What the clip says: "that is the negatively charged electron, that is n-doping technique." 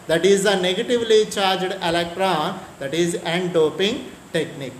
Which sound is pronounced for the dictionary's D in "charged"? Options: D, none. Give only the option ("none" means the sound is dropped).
D